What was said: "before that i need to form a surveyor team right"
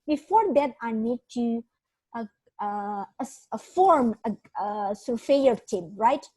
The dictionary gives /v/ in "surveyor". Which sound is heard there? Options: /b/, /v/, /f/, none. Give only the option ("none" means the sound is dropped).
/f/